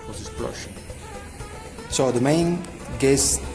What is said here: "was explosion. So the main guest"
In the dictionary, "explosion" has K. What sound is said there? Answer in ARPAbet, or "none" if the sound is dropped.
none